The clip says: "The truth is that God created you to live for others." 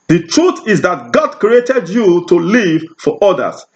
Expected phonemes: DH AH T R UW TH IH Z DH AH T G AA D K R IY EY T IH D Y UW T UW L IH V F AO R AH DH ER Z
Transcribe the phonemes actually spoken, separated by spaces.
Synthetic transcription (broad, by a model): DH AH T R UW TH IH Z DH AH T G AA D K R IY EY T IH D Y UW T UW L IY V F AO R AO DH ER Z